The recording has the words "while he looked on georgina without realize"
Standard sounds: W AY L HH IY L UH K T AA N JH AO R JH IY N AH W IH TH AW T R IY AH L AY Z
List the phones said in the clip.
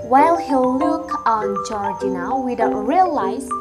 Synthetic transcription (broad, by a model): W AY L HH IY L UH K AA N JH AO R JH IY N AH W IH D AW R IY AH L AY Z